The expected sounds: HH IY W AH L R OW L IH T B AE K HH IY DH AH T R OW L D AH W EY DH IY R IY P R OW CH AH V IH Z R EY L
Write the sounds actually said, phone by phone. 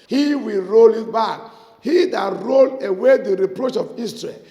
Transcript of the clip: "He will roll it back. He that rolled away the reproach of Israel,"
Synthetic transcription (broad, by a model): HH IY W AH L R OW L IH T B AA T HH IY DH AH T R OW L AH W EY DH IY R IY P R OW CH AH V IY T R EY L